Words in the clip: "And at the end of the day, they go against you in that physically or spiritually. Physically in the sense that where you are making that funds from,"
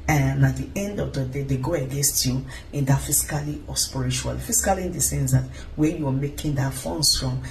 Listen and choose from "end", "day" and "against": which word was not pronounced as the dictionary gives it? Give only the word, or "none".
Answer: none